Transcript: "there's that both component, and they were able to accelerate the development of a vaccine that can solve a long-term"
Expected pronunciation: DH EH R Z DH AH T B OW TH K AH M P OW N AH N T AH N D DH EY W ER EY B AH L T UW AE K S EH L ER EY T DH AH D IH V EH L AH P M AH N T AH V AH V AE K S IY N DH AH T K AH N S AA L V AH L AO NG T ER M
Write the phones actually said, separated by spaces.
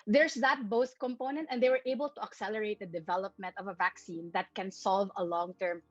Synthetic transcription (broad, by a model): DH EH R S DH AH T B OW S K AH M P OW N AH N T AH N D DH EY W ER EY B AH L T UW AE K S EH L ER EY T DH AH D IH V EH L AH P M AH N T AH V AH V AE K S IY N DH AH T K AH N S AA L V AH L AO NG T ER M